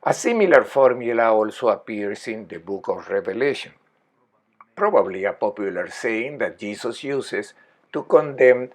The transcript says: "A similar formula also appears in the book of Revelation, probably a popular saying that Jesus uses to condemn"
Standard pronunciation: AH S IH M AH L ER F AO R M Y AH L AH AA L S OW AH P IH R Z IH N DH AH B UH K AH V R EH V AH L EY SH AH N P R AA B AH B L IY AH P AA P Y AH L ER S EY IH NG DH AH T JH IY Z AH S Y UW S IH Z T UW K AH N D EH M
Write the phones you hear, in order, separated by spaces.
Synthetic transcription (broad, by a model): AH S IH M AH L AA F AO R M Y AH L AH AA L S OW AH P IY R S IH N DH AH B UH K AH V R EH V AH L EY SH AH N P R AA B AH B L IY AH P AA P Y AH L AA S EY IH NG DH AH T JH IY S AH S Y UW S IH S T UW K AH N D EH M